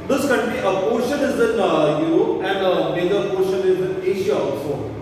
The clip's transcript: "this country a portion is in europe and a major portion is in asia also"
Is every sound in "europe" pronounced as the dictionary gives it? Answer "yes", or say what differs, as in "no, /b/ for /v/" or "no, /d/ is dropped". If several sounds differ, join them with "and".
no, /p/ is dropped